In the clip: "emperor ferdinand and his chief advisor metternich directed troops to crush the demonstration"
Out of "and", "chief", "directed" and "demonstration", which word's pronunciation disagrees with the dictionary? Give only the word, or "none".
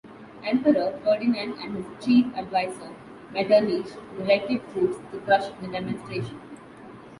directed